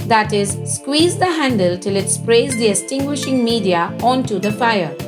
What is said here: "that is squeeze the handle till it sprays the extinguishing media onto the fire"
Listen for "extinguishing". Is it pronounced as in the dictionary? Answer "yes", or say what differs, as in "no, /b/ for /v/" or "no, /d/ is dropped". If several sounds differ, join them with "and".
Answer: no, /k/ is dropped